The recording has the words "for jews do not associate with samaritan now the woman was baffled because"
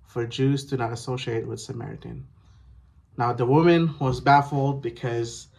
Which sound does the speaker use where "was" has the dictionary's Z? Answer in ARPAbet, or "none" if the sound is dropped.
Z